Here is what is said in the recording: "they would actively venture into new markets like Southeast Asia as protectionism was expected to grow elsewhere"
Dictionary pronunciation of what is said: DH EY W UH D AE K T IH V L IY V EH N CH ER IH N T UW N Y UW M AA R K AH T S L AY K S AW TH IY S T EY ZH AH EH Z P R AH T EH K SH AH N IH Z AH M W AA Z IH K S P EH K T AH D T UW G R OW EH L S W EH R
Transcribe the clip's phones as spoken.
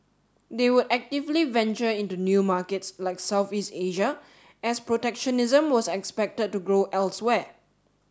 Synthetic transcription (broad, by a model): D EY W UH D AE K T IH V L IY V EH N CH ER IH N T UW N Y UW M AA K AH T S L AY K S AW TH IY S T EY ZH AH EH S P R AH T EH K SH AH N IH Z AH M W AA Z IH K S P EH K T AH D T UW G R OW EH L S W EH